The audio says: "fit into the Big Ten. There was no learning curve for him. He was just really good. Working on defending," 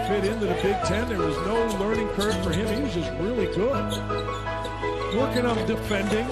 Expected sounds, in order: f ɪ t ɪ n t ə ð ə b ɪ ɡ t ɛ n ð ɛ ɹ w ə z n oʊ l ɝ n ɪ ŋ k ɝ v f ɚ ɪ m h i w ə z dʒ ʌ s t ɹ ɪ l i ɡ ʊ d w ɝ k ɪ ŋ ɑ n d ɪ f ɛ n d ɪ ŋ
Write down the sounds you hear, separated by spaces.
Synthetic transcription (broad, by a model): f ɪ t ɪ n t ə ð ə b ɪ ɡ t ɛ n ð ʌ ɹ w ə z n oʊ l ɝ n ɪ ŋ k ɝ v f ɚ ɪ m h i w ə z dʒ ʌ s t ɹ ɪ l i ɡ ʊ d w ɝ k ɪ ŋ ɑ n d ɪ f ɛ n d ɪ ŋ